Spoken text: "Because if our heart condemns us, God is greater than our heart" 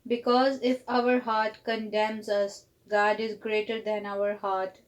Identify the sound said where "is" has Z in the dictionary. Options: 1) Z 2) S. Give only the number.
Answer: 1